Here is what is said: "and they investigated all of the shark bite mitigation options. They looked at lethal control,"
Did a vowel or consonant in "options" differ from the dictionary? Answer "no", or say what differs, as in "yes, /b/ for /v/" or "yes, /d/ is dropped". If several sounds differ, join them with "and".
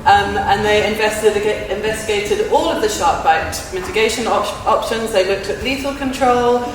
no